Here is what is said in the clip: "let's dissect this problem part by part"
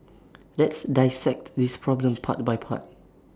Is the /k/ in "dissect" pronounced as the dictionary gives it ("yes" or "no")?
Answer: yes